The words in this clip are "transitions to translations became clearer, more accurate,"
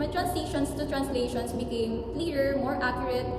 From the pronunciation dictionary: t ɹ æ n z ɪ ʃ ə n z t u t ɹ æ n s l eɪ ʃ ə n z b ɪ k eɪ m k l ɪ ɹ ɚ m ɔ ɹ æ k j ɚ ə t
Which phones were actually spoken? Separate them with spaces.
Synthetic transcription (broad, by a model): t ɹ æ n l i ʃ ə n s t u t ɹ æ n s l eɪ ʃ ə n s b ɪ k eɪ m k l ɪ ɹ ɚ m ɔ ɹ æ k j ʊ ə t